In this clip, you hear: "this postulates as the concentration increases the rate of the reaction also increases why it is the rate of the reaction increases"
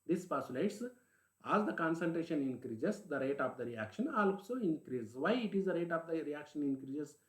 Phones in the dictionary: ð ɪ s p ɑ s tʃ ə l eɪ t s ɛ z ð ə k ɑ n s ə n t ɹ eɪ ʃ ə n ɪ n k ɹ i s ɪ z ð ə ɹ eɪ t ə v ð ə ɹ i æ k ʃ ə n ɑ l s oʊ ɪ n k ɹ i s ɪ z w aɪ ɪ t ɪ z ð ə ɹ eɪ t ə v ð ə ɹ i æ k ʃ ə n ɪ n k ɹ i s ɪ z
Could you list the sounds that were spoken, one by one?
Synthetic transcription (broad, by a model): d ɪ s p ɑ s ə l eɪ t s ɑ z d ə k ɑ n s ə l t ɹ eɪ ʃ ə n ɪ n k ɹ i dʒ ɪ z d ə ɹ eɪ t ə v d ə ɹ i æ k ʃ ə n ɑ l s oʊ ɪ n k ɹ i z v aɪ ɪ t ɪ z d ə ɹ eɪ t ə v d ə ɹ i æ k ʃ ə n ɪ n k ɹ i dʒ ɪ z